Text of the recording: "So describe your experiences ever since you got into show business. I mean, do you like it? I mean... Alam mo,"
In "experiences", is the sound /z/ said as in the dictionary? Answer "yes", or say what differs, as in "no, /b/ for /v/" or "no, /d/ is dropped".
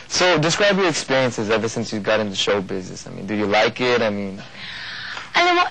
yes